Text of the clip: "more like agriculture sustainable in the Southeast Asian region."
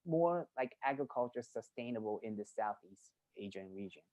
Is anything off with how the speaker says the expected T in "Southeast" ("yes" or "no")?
no